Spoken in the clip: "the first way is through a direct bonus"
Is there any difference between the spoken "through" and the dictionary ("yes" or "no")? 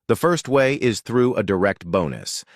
no